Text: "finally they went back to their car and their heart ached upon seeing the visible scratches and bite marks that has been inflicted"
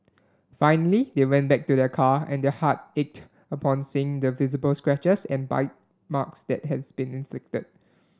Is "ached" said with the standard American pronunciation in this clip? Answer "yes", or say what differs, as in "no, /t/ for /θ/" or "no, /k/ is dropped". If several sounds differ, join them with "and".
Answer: yes